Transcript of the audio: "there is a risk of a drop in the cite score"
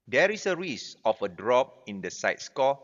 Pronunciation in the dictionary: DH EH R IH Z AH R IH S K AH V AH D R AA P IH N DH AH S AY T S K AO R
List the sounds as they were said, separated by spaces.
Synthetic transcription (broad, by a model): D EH R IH S AH R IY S AH F AH D R AA P IH N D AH S AY T S K AO